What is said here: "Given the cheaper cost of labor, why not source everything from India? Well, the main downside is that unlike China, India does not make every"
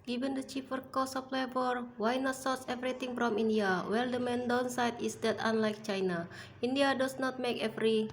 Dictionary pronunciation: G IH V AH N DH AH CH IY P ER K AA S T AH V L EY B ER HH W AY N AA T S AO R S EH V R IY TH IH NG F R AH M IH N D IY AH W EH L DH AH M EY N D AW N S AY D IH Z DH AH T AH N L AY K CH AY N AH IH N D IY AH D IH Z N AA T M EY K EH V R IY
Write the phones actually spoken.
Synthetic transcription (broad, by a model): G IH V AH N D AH CH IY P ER K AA S AH P L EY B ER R W AY N AA T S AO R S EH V R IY T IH NG F R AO M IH N D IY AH W EH L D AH M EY N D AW N S AY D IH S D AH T AH N L AY K CH AY N AH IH N D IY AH D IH S N AA T M EY K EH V R IY